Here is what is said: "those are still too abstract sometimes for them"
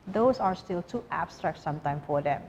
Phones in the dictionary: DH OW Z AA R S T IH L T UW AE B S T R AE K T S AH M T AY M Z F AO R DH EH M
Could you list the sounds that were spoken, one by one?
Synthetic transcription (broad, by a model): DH OW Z AA R S T IH L T UW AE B S T R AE K T S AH M T AY M F AO R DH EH M